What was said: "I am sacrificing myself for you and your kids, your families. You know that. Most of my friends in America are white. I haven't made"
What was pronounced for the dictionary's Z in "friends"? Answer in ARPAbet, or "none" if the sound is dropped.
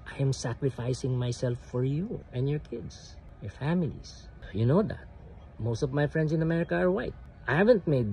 S